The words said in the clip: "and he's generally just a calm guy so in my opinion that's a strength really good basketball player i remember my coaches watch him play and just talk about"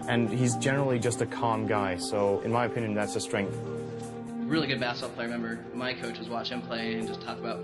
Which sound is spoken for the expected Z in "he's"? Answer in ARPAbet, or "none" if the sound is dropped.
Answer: Z